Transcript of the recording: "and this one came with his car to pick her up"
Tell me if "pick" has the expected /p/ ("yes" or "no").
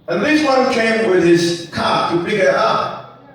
no